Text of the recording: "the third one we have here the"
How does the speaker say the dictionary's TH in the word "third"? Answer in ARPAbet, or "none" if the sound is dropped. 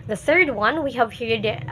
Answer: TH